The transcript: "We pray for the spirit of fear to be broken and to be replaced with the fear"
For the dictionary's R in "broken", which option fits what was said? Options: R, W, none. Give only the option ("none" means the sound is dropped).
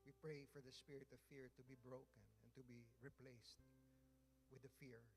R